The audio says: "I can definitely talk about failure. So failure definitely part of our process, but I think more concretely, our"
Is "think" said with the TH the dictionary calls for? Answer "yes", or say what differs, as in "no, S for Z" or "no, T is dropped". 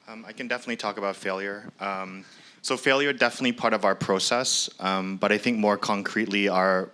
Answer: yes